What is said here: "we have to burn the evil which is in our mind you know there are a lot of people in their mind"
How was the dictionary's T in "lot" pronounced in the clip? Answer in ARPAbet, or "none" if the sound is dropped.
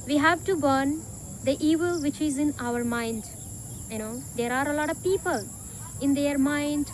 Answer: T